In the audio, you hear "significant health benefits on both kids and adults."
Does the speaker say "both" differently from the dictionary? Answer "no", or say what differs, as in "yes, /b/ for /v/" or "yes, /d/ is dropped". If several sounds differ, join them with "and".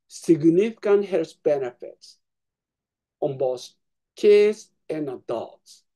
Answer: yes, /s/ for /θ/